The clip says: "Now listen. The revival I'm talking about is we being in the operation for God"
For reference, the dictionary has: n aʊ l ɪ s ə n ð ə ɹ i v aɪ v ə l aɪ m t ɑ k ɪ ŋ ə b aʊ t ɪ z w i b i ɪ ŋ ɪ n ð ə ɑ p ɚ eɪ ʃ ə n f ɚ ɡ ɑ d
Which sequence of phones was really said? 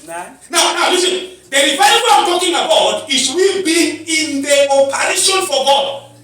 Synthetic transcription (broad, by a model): n aʊ n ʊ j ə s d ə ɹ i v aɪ w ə aɪ m t ɑ k ɪ ŋ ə b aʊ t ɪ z w i b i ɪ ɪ n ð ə ɑ p ɚ eɪ ʃ ə n f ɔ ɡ ɑ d